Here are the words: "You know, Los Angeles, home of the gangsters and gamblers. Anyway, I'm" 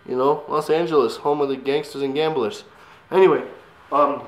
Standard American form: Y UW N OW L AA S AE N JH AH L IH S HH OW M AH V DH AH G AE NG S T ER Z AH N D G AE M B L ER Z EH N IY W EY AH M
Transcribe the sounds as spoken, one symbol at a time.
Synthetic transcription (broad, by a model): Y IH N OW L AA S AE N JH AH L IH S HH OW M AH DH AH G AE NG S T ER Z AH N G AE M B L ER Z EH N IY W EY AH M